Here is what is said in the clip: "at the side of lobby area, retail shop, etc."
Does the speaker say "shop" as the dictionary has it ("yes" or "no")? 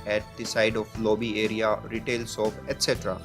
no